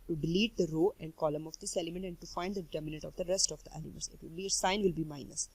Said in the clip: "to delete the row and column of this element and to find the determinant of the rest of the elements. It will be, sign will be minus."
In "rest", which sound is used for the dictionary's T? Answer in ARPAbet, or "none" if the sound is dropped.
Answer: T